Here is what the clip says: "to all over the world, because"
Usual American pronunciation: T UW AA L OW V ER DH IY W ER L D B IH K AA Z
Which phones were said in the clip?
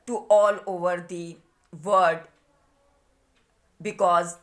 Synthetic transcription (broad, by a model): T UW AA L OW V ER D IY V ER D B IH K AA Z